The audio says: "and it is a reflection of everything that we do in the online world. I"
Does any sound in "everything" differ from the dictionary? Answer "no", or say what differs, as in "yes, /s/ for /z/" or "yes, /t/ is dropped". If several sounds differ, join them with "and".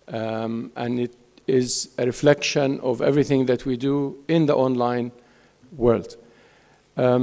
no